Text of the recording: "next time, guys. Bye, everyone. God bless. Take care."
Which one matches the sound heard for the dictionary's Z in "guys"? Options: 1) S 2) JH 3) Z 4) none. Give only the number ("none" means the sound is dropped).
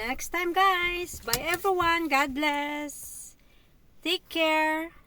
1